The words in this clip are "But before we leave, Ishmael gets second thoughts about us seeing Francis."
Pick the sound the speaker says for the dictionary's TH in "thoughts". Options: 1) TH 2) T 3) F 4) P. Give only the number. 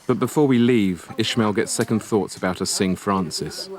1